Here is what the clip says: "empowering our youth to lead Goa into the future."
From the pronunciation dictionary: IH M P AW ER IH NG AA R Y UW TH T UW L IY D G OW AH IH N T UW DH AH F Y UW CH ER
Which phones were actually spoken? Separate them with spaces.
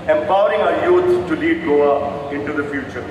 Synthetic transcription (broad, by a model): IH M P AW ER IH NG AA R Y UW S T UW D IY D G OW AH IH N T UW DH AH F Y UW CH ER